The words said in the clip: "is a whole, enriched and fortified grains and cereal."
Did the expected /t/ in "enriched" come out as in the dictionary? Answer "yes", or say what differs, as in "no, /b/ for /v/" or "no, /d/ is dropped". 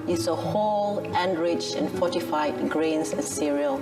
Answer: no, /t/ is dropped